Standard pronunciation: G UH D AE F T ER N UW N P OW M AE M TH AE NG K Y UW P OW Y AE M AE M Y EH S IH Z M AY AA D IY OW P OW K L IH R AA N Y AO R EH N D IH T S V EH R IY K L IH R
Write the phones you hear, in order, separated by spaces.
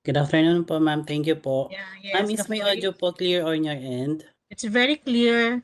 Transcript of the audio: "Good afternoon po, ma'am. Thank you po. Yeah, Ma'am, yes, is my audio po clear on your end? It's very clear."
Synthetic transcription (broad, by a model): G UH D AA F T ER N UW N P OW M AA M T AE NG K Y UW P OW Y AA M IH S M AY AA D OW P OW K L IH R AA N Y AO R EH N D IH T S V EH R IY K L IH R